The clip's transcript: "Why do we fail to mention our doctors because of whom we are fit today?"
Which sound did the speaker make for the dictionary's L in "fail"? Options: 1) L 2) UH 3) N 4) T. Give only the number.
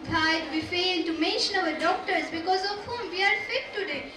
3